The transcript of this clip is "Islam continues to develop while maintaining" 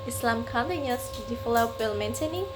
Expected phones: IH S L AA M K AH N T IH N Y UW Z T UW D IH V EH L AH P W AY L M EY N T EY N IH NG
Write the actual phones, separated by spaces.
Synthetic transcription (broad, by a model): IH S L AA M K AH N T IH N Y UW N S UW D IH F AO L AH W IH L M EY N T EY N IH NG